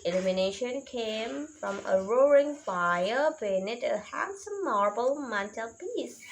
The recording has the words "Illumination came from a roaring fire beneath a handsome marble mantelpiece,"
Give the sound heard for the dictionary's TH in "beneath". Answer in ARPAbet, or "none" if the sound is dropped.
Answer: T